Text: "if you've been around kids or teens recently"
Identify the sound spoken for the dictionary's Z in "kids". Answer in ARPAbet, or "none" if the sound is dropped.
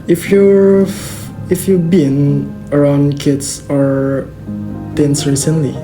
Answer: S